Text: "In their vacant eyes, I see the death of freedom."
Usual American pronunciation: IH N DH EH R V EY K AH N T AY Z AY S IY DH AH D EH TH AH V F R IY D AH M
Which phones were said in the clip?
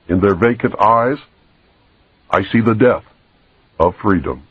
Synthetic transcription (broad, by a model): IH N DH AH R V EY K AH N T AY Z AY S IY DH AH D EH TH AH V F R IY D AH M